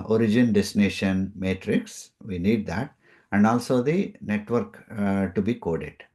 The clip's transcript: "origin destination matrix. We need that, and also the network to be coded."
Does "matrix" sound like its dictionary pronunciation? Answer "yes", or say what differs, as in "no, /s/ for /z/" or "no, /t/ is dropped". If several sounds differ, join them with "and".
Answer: yes